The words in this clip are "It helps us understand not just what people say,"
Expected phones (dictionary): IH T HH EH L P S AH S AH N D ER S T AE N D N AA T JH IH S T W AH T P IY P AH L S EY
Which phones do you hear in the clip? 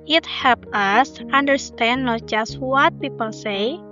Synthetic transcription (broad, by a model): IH T HH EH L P AH S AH N D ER S T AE N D N AA T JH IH S T W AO T P IY P AH L S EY